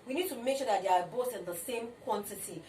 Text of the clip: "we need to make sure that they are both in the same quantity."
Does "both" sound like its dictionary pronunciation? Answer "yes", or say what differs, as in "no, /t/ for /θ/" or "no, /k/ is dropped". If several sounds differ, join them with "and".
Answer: no, /t/ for /θ/